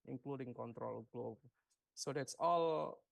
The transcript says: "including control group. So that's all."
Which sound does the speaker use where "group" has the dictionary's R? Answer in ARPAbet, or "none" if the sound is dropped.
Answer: L